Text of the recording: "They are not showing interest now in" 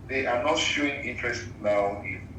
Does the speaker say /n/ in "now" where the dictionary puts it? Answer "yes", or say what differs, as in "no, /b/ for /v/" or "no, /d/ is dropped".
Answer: no, /l/ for /n/